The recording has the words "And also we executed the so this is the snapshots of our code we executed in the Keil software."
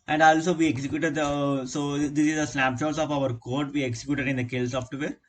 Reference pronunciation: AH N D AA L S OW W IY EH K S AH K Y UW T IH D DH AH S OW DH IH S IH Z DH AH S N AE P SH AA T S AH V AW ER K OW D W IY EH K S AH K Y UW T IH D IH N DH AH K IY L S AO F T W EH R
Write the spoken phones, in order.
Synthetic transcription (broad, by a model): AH N D AA L S OW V IY EH K S AH K Y UW T IH D S OW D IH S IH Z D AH S L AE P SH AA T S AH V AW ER K OW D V IY EH K S AH K Y UW T IH D IH N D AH K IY L S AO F T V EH R